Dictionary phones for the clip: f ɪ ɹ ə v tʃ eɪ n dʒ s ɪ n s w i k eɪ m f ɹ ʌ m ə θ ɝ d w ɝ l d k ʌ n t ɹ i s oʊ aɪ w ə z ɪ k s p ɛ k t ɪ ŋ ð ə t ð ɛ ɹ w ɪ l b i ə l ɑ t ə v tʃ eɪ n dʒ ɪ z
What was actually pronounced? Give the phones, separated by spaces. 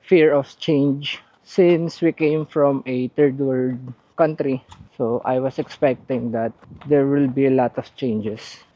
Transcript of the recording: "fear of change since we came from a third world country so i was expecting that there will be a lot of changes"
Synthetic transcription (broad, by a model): f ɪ ɹ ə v tʃ eɪ n dʒ s ɪ n s w i k eɪ m f ɹ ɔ m ə t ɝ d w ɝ d k ʌ n t ɹ i s oʊ aɪ w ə s ɪ k s p ɛ k t ɪ ŋ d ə t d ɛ ɹ w ɪ l b i l ɑ t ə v tʃ eɪ n dʒ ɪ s